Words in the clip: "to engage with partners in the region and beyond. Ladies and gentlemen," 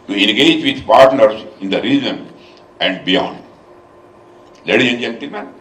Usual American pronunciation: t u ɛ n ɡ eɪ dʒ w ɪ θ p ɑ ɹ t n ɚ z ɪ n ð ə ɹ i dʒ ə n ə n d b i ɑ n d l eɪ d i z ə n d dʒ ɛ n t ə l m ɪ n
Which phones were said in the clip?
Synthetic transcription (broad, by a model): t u ɛ n ɡ eɪ dʒ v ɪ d p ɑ ɹ t n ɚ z ɪ n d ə ɹ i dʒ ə n ə n d b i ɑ n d l eɪ d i ə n dʒ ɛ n t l m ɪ n